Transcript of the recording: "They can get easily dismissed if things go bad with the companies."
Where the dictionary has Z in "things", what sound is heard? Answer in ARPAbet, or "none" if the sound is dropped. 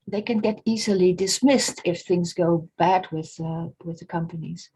Z